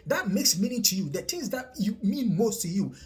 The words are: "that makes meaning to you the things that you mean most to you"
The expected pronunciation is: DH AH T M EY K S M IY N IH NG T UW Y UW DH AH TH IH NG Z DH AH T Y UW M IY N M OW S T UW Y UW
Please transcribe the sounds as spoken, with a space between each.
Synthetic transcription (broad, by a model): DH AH T M EY K S M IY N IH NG T UW Y UW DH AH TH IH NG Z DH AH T Y UW M IY N M OW S T UW Y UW